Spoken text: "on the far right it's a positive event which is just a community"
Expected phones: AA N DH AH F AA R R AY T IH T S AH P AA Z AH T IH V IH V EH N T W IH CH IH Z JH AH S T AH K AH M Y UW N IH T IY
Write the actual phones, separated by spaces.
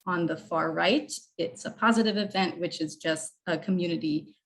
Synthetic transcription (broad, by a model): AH N DH AH F AA R R AY T IH T S AH P AA Z AH T IH V IH V EH N T W IH CH IH Z JH AH S T AH K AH M Y UW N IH T IY